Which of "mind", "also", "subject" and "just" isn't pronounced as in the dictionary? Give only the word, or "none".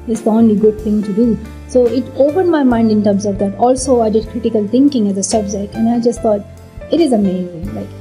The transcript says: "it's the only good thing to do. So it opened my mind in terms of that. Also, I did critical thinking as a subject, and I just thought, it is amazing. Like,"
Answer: subject